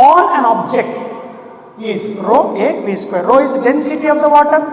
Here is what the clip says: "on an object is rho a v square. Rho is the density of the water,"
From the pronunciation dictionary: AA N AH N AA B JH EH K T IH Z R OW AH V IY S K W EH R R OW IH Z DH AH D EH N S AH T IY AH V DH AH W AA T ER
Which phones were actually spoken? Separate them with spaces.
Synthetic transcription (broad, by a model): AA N AH N AA B JH EH K T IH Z R OW AH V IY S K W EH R R OW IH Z D EH N S AH T IY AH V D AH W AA T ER